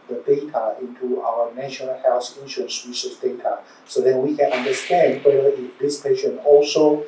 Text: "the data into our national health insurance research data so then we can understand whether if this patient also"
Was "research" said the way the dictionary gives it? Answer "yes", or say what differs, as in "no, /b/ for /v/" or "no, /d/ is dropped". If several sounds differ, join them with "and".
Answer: no, /s/ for /tʃ/